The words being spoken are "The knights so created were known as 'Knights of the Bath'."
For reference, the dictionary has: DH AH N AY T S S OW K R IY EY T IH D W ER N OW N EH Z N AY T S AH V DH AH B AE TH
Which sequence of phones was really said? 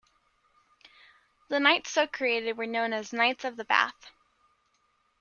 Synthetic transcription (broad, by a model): DH AH N AY T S S OW K R IY EY T IH D W ER N OW N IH Z N AY T S AH V DH AH B AE TH